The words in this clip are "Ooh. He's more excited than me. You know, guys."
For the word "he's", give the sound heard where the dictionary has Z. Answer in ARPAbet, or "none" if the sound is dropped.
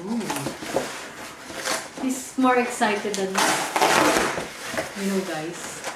S